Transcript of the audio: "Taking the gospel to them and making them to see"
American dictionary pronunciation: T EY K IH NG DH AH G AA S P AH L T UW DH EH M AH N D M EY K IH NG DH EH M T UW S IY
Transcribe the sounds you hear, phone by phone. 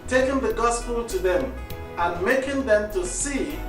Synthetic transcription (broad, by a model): T EY K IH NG DH AH G AA S P AH L T UW DH EH M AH N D M EY K IH NG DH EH M T UW S IY